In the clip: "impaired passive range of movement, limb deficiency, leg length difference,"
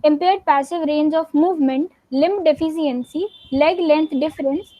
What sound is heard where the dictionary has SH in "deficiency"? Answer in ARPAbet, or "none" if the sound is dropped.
S